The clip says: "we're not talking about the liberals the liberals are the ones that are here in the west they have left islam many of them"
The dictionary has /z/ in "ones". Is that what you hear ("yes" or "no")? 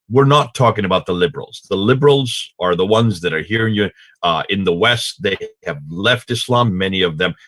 yes